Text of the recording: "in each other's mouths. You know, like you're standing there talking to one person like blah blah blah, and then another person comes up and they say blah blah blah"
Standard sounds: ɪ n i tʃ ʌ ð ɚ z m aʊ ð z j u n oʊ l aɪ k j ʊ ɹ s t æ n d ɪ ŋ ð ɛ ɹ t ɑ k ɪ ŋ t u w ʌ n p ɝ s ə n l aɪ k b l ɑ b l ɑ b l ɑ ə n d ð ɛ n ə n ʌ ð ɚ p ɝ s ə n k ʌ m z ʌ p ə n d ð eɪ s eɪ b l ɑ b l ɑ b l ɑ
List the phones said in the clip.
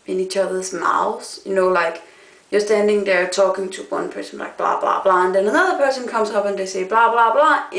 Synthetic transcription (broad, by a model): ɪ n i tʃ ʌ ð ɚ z m aʊ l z j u n oʊ l aɪ k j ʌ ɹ s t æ n d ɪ ŋ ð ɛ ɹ t ɑ k ɪ ŋ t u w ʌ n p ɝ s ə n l aɪ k b l ɑ b l ɑ b l ɑ ə n d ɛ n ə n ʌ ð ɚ p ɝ s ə n k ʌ m s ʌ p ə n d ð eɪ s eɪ b l ɑ b l ɑ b l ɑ